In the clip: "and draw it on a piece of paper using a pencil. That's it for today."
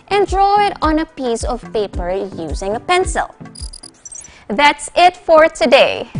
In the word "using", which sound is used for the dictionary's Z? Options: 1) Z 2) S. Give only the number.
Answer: 1